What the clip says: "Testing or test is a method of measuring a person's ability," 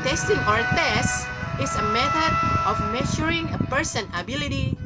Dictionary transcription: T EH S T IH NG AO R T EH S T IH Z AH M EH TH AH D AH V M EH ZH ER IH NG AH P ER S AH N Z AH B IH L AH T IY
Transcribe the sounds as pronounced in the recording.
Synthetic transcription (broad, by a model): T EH S T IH NG AO R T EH S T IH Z AH M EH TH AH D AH F M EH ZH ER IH NG AH P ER S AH N AH B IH L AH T IY